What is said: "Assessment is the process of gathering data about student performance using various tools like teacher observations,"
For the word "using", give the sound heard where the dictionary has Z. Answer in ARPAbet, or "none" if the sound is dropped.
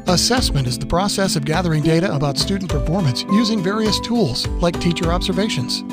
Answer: Z